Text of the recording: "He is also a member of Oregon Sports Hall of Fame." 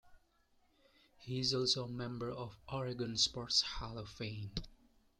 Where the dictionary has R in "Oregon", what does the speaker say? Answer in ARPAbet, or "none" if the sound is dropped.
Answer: R